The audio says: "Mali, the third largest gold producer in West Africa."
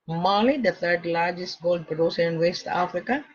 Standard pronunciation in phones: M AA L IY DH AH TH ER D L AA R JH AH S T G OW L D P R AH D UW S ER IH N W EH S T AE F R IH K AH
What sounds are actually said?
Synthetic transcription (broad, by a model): M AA L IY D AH T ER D L AA R JH AH S T G OW L D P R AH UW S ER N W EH S T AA F R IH K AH